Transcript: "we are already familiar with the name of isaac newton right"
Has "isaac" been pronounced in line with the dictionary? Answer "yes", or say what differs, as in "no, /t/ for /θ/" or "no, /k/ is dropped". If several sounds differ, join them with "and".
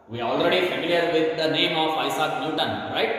no, /s/ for /z/